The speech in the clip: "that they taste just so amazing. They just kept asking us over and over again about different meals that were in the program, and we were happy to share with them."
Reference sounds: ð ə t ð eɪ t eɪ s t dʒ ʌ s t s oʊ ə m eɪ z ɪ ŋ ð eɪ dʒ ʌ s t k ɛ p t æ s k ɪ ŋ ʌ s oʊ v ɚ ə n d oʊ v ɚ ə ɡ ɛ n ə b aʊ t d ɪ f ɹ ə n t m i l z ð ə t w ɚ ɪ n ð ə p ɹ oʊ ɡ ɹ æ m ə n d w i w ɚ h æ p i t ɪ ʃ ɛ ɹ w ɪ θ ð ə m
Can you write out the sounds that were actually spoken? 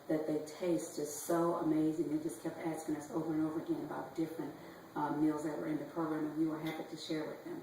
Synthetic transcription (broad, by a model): ð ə t ð eɪ t eɪ s t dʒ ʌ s s oʊ ə m eɪ z ɪ ŋ ð eɪ dʒ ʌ s k ɛ p t æ s k ɪ ŋ ʌ s oʊ v ɚ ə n oʊ v ɚ ə ɡ ɛ n ə b aʊ t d ɪ f ɹ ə n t m i l z ð ə t w ɚ ɪ n ð ə p ɹ oʊ ɡ ɹ æ m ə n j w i w ɚ h æ p i t ɪ ʃ ɛ ɹ w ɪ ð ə m